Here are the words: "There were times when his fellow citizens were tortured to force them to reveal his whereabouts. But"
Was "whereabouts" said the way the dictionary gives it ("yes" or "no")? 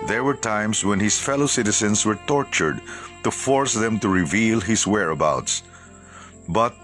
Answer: yes